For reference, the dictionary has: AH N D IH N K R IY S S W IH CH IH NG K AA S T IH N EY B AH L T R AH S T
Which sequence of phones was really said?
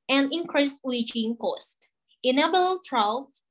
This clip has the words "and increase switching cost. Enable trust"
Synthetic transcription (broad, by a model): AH N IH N K R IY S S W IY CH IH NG K AA S T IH N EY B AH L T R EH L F